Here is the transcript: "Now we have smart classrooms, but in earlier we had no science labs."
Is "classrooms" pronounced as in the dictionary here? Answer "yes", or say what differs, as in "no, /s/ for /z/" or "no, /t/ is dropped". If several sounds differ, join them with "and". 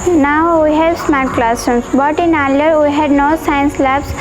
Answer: no, /ɹ/ is dropped and /s/ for /z/